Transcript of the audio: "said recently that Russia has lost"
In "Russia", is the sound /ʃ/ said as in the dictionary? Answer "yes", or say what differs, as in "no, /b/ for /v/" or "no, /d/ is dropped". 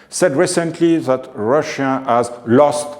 yes